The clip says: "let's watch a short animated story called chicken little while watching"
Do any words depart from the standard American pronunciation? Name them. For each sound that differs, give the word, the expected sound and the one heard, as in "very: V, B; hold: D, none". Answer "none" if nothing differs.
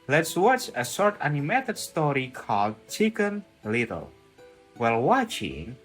short: SH, S